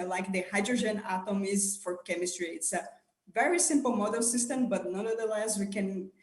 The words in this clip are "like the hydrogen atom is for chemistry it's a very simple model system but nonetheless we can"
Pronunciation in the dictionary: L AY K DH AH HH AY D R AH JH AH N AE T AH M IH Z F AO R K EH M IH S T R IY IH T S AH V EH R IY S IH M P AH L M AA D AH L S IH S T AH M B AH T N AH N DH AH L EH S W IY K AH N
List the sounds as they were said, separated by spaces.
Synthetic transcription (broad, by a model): L AY K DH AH HH AY D R AH JH AH N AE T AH M IH Z F AO R K EH M IH S T R IY IH T S AH V EH R IY S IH M P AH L M AA D AH L S IH S T AH M B AH T N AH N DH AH L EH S W IY K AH N